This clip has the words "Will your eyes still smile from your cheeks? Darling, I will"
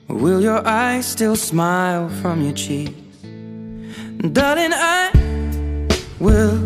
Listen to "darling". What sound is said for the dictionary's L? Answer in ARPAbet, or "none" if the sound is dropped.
none